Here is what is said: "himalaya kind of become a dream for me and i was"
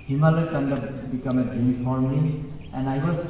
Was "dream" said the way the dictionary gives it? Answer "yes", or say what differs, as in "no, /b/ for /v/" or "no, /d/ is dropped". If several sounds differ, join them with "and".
no, /ɹ/ is dropped